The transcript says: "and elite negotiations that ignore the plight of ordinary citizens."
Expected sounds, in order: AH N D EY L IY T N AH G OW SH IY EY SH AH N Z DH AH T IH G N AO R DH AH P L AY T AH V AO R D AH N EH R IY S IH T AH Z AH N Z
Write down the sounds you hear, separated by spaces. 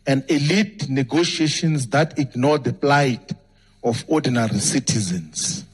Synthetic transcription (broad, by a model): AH N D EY L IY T N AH G OW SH IY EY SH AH N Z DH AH T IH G N AO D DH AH P L AY T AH F AO D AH N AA R IY S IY T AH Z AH N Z